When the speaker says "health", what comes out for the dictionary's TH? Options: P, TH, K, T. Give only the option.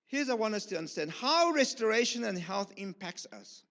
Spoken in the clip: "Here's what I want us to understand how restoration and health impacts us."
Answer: TH